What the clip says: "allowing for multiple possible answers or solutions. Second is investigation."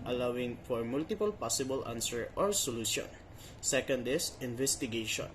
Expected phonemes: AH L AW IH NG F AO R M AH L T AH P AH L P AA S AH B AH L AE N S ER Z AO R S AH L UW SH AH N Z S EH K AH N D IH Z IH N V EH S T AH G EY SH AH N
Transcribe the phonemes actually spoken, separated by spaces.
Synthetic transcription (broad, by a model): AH L AW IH NG F AO R M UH L T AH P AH L P AA S AH B AH L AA N S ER AO R S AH L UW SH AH N S EH K AH N D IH S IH N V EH S T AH G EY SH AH N